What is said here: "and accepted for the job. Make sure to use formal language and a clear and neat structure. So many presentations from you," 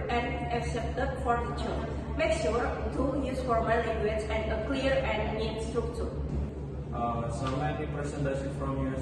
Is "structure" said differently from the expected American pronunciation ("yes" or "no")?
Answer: yes